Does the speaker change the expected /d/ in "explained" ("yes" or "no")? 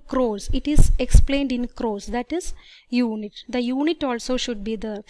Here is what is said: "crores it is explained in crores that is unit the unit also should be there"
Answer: no